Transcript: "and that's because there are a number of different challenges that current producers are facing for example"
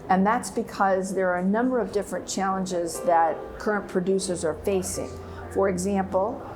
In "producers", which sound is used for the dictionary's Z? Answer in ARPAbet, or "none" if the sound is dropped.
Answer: Z